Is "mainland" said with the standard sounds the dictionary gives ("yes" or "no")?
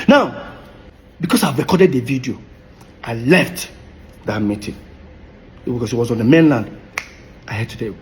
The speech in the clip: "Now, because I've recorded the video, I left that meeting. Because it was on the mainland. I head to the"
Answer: yes